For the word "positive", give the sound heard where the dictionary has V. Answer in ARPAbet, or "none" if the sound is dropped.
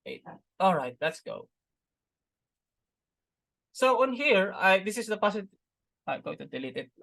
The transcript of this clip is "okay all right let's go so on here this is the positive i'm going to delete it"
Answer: none